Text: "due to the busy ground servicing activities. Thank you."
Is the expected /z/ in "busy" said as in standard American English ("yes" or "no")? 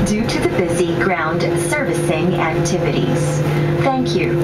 yes